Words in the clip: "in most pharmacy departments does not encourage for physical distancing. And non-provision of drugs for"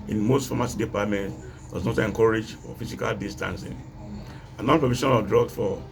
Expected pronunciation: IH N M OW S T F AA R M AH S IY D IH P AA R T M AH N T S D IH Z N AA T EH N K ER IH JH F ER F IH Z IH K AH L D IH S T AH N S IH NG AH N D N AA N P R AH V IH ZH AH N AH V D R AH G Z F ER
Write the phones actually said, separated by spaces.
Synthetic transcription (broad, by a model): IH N M OW S T F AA M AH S D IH P AA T M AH N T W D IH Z N AA T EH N K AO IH JH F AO F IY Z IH K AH L D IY S T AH N S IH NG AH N N AA N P R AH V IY SH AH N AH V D R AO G F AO